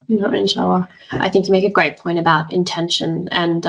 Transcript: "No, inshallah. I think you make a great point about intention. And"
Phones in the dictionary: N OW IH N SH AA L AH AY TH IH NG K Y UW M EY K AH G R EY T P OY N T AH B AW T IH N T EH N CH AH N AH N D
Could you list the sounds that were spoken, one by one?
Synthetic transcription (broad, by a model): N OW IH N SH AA AH AY TH IH NG K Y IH M EY K AH G R EY T P OY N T AH B AW T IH N T EH N SH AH N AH N